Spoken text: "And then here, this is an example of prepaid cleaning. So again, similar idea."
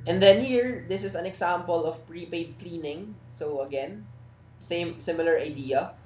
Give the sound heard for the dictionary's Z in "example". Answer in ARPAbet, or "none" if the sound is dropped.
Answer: S